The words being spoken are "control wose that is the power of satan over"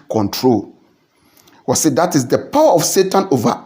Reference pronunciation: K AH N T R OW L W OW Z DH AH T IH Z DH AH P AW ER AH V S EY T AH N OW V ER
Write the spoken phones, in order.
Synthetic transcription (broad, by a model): K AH N T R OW L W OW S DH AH T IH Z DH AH P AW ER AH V S EY T AH N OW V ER